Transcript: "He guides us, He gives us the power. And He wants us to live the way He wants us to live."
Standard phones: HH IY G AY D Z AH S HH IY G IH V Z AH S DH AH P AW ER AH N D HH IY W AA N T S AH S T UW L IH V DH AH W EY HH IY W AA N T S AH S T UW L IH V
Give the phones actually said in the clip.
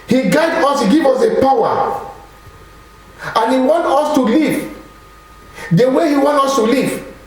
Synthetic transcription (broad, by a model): HH IY G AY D AO S HH IY G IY V AO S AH P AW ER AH N HH IY W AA N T AH S T UW L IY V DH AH W EY HH IY W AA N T AO S T UW L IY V